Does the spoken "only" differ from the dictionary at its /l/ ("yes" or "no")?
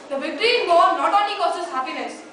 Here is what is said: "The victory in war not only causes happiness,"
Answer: yes